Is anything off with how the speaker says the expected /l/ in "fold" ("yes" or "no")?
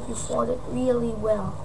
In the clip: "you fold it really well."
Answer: yes